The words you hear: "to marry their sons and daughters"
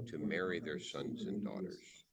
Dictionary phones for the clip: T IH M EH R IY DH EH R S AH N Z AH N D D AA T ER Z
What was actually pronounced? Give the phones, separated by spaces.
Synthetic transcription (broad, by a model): T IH M EH R IY DH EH R S AH N Z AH N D D AA T ER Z